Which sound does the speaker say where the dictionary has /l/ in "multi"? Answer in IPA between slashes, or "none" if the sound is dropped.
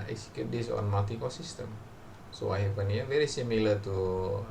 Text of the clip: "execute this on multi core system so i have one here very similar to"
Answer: none